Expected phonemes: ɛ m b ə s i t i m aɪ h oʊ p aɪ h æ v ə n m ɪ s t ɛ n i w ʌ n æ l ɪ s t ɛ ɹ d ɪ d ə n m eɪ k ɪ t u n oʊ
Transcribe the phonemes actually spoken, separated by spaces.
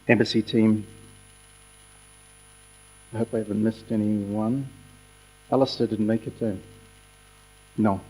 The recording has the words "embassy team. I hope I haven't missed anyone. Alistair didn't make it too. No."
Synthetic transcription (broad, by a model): ɛ m b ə s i t i m aɪ h oʊ p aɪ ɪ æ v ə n m ɪ s t ɛ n i w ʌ n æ l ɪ s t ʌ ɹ d ɪ d n m eɪ k ɪ t u n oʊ